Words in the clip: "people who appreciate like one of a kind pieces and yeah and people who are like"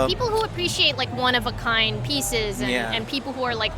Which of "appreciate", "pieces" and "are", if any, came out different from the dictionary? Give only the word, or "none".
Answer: none